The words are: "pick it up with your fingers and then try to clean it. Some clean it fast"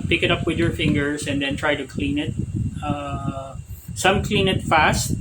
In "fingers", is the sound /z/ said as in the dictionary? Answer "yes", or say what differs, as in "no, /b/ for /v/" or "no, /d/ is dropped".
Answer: no, /s/ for /z/